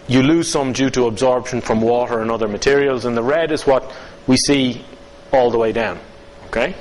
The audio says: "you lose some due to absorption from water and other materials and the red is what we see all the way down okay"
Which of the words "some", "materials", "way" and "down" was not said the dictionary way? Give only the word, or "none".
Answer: none